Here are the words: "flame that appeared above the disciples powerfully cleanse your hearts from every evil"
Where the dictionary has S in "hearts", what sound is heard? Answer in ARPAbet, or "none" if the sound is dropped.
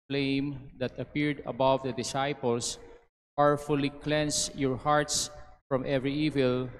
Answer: S